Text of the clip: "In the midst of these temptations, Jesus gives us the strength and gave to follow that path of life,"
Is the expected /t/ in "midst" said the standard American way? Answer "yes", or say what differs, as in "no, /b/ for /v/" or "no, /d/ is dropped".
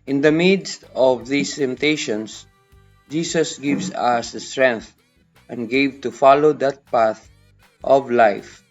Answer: yes